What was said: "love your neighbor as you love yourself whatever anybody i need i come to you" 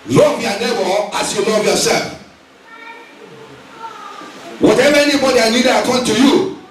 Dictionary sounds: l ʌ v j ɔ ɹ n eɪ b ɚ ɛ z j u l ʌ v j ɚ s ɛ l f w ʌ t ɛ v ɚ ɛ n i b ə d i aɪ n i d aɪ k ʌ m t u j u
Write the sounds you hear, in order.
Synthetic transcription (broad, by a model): l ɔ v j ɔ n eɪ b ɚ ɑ s j u l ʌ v j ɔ s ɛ l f w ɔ t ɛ v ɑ ɛ n i b ə d i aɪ l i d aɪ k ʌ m t u j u